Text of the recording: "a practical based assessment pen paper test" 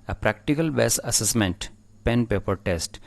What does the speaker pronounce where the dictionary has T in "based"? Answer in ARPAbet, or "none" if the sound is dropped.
none